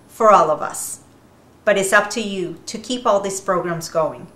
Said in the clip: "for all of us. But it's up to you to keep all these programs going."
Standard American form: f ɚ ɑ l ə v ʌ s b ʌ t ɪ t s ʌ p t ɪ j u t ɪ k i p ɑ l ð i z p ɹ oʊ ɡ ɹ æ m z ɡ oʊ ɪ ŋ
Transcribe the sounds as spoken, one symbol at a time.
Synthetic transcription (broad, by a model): f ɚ ɑ l ə v ʌ s b ʌ t ɪ t s ʌ p t ɪ j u t ɪ k i p ɑ l ð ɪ s p ɹ oʊ ɡ ɹ æ m z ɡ oʊ ɪ ŋ